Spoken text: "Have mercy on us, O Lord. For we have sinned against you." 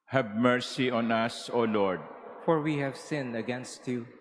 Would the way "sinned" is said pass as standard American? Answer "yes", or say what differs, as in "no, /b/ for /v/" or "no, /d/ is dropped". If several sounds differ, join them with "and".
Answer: no, /d/ is dropped